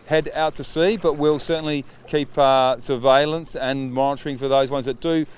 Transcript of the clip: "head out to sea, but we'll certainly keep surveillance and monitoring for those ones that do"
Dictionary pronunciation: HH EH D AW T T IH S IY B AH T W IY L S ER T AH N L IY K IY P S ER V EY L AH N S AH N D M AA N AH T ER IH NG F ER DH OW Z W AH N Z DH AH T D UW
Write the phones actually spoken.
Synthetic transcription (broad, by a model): HH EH D AW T T IH S IY B AH T W IY L S ER T N L IY K IY P S ER V EY L AH N S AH N M AA N AH T ER IH NG F ER DH OW Z W AH N Z DH AH T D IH